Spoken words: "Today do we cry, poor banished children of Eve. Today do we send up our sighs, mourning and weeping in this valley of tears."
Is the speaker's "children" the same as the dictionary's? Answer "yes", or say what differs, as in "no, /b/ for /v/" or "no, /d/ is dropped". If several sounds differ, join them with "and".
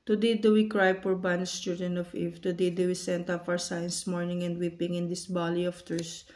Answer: no, /ɹ/ is dropped